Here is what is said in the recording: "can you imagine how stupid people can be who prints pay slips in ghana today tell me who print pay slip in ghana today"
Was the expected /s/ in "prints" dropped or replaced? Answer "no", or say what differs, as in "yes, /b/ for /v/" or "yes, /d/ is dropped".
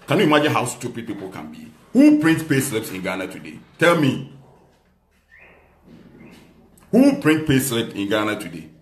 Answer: yes, /s/ is dropped